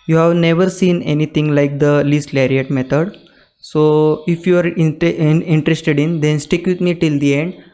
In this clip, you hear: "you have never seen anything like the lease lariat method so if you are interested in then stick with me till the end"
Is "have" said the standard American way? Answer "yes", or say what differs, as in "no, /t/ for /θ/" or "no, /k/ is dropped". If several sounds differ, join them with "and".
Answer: yes